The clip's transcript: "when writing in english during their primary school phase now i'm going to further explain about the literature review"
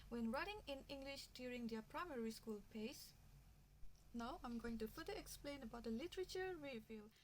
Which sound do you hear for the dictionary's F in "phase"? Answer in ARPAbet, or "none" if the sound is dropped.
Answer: P